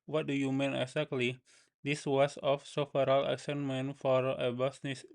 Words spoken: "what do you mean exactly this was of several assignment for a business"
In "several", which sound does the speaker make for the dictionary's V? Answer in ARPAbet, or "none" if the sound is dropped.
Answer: F